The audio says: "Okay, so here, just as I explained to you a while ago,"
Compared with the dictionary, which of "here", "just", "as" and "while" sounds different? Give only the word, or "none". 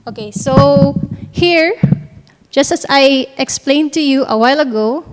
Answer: as